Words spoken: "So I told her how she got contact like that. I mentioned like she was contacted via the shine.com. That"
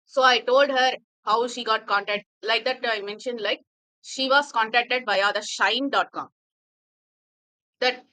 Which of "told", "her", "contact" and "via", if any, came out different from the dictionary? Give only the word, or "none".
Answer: via